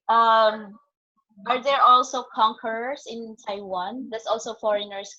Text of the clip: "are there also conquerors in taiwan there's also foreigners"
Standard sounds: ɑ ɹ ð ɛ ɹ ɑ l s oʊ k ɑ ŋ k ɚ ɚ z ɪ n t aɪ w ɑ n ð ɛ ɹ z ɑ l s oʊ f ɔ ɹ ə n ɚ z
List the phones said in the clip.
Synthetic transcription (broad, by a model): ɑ ɹ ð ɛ ɹ ɑ l s oʊ k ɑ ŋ k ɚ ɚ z ɪ n t aɪ w ɑ n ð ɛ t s ɑ l s oʊ f ɔ ɹ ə n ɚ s